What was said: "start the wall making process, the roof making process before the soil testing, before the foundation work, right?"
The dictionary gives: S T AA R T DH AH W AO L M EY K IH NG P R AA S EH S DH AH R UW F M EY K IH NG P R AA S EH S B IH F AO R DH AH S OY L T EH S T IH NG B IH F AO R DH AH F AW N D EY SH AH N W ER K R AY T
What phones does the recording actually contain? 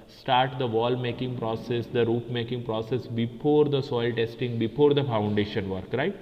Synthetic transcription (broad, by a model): S T AA R T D AH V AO L M EY K IH NG P R AA S EH S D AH R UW P M EY K IH NG P R AA S EH S B IH F AO R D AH S OY L T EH S T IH NG B IH F AO R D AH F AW N D EY SH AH N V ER K R AY T